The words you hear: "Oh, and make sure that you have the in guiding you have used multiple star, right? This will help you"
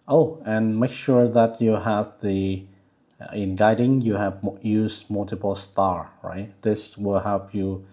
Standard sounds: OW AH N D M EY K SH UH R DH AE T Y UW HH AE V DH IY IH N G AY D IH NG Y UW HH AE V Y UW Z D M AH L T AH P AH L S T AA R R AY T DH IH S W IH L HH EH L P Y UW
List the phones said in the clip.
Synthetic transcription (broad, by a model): OW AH N M EY K SH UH R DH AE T Y UW HH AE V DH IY IH N G AY D IH NG Y UW HH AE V Y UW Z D M AH L T AH P AH L S T AA R R AY T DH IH S W IH L HH EH L P Y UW